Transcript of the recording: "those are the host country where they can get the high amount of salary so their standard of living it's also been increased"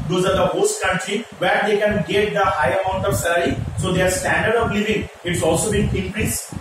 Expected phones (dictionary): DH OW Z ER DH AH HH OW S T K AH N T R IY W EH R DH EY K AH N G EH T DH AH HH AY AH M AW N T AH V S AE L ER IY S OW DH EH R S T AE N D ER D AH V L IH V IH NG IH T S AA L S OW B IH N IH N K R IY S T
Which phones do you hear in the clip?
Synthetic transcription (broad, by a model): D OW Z ER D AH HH OW S T K AH N T R IY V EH R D EY K AH N G EH T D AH HH AY AH M AW N T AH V S AE L ER IY S OW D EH R S T AE N D ER D AH V L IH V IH NG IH T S AA L S OW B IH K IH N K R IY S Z